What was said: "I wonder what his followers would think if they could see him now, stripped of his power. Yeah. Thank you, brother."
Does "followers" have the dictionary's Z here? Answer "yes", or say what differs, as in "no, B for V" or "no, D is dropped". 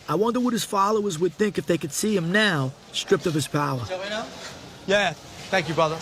yes